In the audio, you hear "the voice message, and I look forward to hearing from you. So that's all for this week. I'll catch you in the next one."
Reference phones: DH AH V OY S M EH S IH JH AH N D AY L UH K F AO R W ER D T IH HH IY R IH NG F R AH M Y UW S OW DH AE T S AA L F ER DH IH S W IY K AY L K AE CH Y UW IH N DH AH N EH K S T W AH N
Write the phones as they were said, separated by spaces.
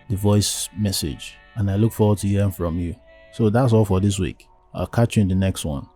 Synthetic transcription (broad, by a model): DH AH V OY S M EH S IH JH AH N AY L UH K F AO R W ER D T IH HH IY IH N F R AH M Y UW S OW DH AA T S AA L F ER DH IH S W IY K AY K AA CH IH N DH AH N EH K S T W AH N